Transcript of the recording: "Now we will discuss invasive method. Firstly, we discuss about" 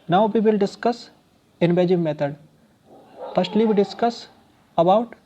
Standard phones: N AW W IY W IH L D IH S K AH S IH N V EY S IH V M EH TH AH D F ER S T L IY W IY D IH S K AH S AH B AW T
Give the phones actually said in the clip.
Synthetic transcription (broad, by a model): N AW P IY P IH L D IH S K AH S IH N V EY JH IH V M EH T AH D P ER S T L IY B D IH S K AH S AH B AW T